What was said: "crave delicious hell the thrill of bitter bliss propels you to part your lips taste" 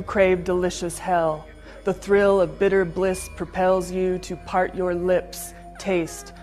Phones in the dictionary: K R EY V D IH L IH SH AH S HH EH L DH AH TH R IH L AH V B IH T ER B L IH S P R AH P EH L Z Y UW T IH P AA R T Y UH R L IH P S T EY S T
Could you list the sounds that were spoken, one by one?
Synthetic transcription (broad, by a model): K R EY V D IH L IH SH AH S HH EH L DH AH TH R IH L AH V B IH T ER B L IH S P R AH P EH L Z Y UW T IH P AA R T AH R L IH P S T EY S T